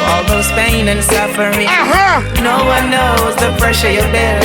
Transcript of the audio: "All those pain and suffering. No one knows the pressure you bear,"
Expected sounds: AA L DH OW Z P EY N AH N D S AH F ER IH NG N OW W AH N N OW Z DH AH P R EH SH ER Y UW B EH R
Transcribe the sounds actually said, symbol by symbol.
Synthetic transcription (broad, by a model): AA L DH OW Z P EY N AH N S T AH F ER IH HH N OW W AH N N OW Z DH AH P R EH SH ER Y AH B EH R